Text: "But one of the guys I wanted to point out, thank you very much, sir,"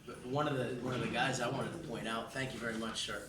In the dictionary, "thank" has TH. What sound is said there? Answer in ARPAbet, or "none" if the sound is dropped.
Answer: TH